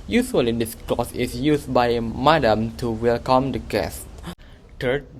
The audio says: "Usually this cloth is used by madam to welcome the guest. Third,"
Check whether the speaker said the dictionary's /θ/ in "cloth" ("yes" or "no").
no